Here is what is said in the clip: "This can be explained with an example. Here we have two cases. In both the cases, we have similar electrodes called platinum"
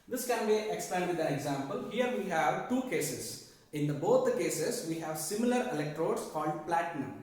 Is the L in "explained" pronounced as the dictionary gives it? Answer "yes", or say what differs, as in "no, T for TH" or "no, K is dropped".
no, L is dropped